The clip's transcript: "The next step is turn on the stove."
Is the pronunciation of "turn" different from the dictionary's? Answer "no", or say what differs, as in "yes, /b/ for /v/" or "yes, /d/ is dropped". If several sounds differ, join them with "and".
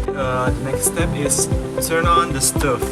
yes, /s/ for /t/